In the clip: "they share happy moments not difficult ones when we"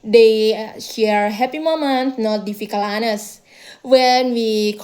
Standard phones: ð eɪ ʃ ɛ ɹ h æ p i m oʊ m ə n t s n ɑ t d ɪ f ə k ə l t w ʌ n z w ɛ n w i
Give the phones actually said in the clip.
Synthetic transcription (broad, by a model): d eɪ ʃ ɛ ɹ h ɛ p i m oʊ m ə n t n ɑ t d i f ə k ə l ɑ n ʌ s w ɛ n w i